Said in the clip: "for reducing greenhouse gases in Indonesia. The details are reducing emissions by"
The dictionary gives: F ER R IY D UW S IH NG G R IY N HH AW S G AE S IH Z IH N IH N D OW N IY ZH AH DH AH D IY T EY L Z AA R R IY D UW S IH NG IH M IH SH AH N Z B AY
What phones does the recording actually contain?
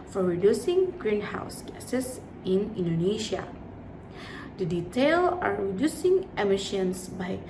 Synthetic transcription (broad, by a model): F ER R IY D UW S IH NG G R IY N HH AW S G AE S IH S IH N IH N D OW N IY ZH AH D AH D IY T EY L AA R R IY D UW S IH NG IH M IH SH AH N S B AY